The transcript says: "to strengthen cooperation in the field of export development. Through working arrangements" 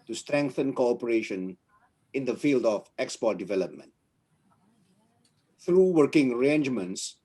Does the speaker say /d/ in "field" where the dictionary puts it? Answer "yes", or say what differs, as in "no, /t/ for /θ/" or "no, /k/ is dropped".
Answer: yes